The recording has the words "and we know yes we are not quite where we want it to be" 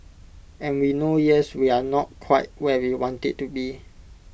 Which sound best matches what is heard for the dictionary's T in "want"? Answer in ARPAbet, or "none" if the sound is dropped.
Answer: T